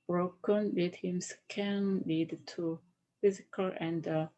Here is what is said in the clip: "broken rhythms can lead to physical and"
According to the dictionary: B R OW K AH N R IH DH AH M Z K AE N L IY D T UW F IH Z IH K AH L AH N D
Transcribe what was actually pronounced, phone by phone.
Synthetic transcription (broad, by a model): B R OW K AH N L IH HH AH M S K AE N L IY D T UW F IH Z IH K AH L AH N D